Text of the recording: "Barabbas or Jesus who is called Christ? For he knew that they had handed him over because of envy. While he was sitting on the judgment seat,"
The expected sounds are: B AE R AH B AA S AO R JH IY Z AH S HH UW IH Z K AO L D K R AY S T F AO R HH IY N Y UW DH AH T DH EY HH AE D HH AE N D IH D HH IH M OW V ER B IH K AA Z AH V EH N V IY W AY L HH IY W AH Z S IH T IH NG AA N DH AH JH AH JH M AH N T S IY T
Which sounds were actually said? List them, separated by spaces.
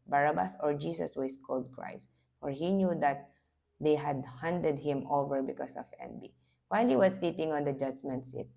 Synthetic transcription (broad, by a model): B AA R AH B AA S AO R JH IY S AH S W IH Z K AO L D K R AY S T F AO R HH IY N Y UW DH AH T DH EY HH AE D HH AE N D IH D HH IH M OW V ER B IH K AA S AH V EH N B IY W AY L HH IY W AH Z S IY T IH NG AA N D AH JH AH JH M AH N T S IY T